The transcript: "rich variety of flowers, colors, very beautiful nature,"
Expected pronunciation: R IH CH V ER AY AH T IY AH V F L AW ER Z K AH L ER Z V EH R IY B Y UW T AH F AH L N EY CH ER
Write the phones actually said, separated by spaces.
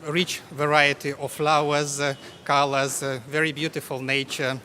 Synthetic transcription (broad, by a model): R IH CH V ER AY AH T IY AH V F L AW ER Z K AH L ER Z V EH R IY B Y UW T AH F AH L N EY CH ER